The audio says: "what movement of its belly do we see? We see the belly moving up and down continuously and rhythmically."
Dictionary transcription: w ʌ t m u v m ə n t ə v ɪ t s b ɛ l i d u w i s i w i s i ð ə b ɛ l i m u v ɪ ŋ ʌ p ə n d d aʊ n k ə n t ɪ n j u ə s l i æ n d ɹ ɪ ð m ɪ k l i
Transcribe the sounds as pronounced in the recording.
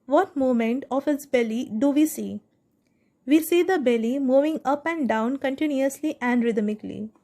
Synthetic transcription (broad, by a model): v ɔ t m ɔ m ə n t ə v ɪ t s b ɛ l i d u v i s i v i s i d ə b ɛ l i m u v ɪ ŋ ʌ p ə n d d aʊ n k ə n t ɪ n j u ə s l i æ n d ɹ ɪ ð m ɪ k l i